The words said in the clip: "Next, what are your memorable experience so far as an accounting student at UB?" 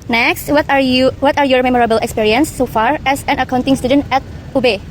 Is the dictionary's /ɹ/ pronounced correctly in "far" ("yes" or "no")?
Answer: yes